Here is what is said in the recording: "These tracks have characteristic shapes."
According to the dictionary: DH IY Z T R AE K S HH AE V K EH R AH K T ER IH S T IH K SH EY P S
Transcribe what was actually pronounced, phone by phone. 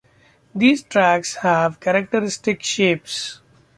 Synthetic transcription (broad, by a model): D IY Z T R AE K S HH AE V K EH R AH K T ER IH S T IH K SH EY P S